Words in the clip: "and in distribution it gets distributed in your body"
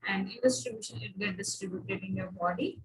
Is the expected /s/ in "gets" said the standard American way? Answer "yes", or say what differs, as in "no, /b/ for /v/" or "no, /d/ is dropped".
no, /s/ is dropped